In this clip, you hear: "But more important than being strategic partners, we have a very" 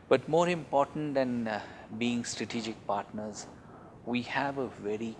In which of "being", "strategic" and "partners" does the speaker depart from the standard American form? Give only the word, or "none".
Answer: none